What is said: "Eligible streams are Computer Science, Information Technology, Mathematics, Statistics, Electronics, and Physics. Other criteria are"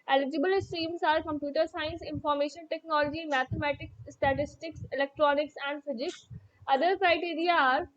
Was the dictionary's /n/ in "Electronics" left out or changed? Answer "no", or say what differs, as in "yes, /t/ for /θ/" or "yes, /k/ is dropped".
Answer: no